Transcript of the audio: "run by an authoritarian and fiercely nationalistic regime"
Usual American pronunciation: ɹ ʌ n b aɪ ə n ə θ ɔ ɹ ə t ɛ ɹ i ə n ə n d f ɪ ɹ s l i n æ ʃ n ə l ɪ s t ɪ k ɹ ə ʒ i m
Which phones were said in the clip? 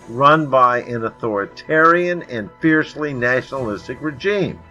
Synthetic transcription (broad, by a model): ɹ ʌ n b aɪ ə n ə θ ɔ ɹ ə t ɛ ɹ i ə n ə n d f ɪ ɹ s l i n æ ʃ n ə l ɪ s t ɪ k ɹ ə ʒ i m